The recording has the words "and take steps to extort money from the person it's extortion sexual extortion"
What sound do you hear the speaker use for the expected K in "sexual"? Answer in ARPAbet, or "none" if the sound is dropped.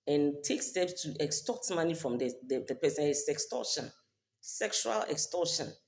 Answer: K